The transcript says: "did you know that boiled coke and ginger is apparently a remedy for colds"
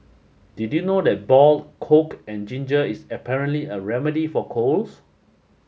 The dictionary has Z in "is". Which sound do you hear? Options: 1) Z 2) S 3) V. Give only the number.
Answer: 2